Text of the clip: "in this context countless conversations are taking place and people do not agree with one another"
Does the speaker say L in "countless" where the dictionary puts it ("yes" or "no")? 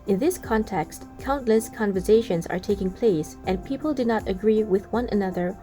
yes